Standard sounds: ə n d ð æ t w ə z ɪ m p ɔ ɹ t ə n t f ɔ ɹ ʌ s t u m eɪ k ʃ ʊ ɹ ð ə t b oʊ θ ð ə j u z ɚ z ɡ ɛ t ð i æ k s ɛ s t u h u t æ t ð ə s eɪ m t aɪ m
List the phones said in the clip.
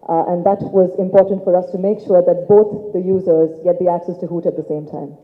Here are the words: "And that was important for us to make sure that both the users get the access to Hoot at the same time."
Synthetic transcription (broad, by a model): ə n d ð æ t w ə z ɪ m p ɔ ɹ t ə n t f ɔ ɹ ʌ s t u m eɪ k ʃ ʊ ɹ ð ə t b oʊ t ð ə j u z ɚ z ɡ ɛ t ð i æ k s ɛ s t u h u t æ t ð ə s eɪ m t aɪ m